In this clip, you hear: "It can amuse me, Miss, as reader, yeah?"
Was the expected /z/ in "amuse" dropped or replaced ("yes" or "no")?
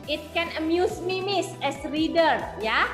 yes